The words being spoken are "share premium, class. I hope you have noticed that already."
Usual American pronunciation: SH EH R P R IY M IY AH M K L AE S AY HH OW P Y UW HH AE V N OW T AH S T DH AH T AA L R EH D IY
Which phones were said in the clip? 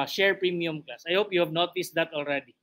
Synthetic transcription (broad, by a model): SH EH R P R IY M IY AH M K AA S AY HH OW P Y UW HH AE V N OW T AH S T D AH T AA L R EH D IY